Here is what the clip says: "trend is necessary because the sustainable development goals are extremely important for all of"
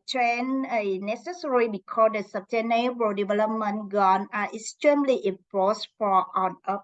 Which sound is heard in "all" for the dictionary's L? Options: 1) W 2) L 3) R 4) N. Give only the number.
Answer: 4